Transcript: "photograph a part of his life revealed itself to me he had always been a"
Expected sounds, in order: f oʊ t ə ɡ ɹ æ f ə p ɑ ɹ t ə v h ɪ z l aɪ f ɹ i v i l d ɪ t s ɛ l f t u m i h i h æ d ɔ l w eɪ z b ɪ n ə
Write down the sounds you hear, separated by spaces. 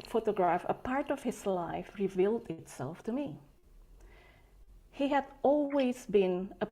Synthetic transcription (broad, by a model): f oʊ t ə ɡ ɹ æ f ə p ɑ ɹ t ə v h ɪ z l aɪ f ɹ i v i l d ɪ t s ɛ l f t u m i h i h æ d ɔ l w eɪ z b ɪ n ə